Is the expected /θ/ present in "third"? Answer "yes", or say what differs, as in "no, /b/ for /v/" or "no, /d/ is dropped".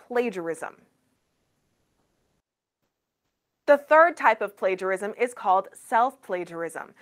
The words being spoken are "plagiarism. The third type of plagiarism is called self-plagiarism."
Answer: yes